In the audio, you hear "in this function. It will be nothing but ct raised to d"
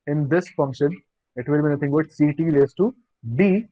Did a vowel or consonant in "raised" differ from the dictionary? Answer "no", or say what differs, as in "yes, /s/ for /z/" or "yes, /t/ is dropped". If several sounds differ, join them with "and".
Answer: yes, /l/ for /ɹ/